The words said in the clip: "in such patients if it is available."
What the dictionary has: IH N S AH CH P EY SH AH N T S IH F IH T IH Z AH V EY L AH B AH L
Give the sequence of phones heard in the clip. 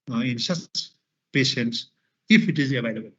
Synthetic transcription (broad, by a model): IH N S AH S P EY SH AH N T S IH F IH T IH Z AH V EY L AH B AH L